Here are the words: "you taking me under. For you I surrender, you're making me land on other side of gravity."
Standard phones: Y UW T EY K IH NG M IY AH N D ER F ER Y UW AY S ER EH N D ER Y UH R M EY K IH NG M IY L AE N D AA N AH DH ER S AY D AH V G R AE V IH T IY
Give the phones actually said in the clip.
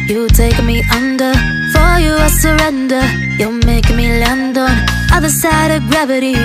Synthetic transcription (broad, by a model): Y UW T EY IH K M IY AH N D ER F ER Y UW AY S ER EH N D ER Y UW L M EY IH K M IY L AE N D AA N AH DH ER S AY D AH V G R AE V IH T IY